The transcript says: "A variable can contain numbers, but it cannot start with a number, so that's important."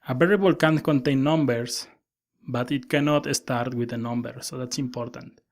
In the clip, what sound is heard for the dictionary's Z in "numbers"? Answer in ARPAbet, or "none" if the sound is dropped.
S